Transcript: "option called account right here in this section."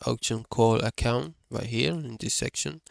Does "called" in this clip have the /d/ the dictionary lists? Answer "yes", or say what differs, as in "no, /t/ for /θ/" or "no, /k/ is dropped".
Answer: no, /d/ is dropped